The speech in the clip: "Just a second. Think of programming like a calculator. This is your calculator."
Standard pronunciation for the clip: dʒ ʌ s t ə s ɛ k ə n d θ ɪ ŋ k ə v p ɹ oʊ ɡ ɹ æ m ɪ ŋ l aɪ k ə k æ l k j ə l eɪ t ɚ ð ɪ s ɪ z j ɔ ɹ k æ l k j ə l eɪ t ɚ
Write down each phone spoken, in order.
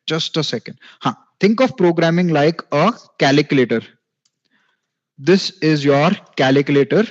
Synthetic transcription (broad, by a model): dʒ ʌ s t ə s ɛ k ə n d t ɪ ŋ k ə v p ɹ oʊ ɡ ɹ æ m ɪ ŋ l aɪ k ə k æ l k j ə l eɪ t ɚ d ɪ s ɪ z j ɔ ɹ k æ l k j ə l eɪ t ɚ